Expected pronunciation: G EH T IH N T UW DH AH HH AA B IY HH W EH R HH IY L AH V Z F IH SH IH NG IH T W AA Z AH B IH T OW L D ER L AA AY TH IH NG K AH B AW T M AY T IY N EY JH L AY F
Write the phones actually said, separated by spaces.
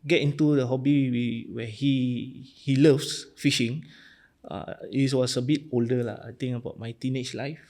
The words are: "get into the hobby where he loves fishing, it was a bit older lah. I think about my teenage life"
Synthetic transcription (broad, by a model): G EH T IH N T UW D AH HH AA B IY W W EH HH HH IY L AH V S F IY SH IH NG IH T W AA S AH B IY T OW L D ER L AA AY T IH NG AH B AW T M AY T IY N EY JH L AY F